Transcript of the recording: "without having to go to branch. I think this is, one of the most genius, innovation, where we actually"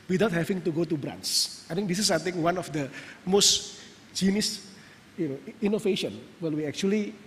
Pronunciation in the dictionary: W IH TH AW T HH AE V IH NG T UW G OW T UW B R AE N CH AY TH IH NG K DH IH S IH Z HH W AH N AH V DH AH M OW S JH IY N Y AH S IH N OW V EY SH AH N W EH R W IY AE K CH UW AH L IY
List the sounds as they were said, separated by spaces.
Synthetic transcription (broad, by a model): W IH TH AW T HH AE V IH NG T UW G OW T UW B R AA N S AY T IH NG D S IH S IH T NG W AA N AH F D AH M OW S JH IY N Y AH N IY N OW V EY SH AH N W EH L W IY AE K CH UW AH L IY